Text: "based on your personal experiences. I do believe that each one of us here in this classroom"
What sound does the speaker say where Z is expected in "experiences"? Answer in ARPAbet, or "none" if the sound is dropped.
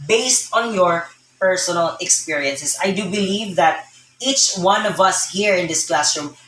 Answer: S